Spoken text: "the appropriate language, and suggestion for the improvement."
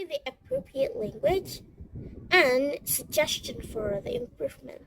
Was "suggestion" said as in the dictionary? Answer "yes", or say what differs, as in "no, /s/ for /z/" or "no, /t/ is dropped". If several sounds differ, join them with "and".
yes